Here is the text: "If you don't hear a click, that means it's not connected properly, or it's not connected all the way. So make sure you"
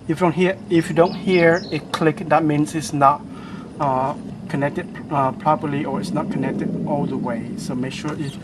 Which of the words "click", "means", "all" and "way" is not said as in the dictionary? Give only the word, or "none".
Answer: means